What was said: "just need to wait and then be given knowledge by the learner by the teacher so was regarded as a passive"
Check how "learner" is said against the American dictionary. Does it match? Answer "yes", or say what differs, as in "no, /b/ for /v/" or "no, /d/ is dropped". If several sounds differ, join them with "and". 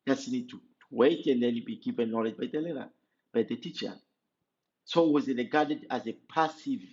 no, /n/ is dropped